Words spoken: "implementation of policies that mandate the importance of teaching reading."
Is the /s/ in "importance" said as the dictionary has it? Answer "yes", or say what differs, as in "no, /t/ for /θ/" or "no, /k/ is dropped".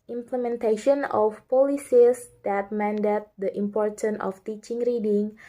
no, /s/ is dropped